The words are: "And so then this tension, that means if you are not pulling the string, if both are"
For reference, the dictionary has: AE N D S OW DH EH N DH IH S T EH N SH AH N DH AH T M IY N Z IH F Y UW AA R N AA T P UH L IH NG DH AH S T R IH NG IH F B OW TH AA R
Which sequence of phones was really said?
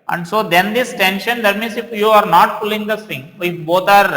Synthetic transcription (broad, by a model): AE N D S OW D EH N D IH S T EH N SH AH N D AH T M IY N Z IH F Y UW AA R N AA T P UH L IH NG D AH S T IH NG IH F B OW T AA R